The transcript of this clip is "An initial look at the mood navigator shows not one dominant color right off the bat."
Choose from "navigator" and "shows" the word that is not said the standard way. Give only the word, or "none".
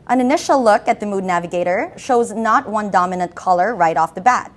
none